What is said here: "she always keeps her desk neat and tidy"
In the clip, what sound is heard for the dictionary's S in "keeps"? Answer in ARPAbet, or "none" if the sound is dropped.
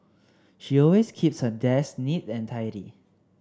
S